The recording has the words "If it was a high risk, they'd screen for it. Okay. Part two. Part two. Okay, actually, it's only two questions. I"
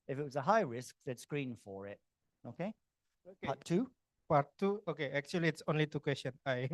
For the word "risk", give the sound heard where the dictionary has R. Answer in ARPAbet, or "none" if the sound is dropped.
R